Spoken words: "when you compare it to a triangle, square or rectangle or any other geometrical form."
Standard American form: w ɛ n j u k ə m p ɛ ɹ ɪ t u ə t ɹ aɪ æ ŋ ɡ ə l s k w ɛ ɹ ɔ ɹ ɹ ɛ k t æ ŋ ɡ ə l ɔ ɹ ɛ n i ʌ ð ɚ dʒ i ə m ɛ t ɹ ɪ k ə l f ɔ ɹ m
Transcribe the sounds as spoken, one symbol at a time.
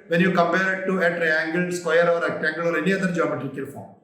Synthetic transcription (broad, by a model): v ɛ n j u k ə m p ɛ ɹ ɪ t u ə t ɹ aɪ æ ŋ ɡ ə l s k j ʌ ɹ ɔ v ɹ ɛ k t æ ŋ ɡ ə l ɔ ɹ ɛ n i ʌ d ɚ dʒ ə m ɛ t ɪ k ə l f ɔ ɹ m